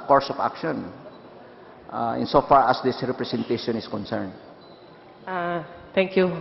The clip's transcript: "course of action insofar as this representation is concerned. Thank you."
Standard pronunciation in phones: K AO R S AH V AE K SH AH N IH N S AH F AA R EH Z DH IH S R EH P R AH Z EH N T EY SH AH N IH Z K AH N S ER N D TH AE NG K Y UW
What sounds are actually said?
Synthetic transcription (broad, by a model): K AO R S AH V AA K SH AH N IH N S AH F AA R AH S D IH S R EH P R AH S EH N T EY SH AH N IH S K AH N S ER N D T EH NG K Y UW